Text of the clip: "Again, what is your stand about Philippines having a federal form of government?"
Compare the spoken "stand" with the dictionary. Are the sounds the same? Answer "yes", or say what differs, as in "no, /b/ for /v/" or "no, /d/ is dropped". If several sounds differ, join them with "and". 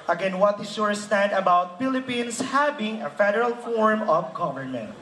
yes